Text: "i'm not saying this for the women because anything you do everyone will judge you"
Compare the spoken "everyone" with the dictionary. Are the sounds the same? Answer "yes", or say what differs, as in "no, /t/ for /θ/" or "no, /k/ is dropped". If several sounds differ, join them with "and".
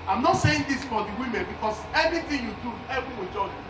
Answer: no, /ɹ/ is dropped